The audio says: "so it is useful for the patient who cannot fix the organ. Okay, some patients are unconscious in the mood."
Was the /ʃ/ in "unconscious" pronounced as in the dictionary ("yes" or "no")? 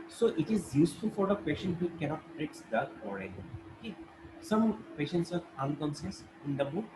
no